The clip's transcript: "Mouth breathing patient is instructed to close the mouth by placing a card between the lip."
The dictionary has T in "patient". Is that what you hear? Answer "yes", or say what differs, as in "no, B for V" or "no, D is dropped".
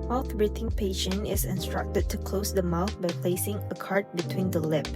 no, T is dropped